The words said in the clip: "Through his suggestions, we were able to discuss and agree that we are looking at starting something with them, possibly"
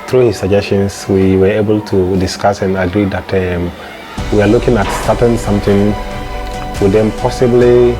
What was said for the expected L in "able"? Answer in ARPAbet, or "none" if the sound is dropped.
L